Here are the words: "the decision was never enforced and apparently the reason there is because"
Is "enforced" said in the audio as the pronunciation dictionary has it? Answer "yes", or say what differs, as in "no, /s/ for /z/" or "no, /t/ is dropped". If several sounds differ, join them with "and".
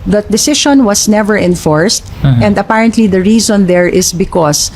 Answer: yes